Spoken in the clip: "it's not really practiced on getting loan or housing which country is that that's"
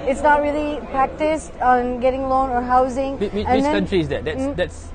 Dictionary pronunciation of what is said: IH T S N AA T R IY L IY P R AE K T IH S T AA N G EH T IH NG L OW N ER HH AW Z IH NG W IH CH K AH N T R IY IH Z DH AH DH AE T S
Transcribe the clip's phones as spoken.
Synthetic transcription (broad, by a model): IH T S N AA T R IY L IY P R AE K T IH S T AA N G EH T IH NG L OW N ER HH AW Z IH NG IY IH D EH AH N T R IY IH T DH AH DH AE T S